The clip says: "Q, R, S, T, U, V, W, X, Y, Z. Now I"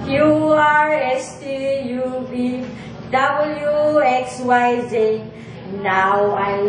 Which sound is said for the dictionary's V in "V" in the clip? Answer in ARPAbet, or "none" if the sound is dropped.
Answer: B